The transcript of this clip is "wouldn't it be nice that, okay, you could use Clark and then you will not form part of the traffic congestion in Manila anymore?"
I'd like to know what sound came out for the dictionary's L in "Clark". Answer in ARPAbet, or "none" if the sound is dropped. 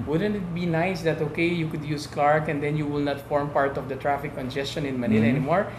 L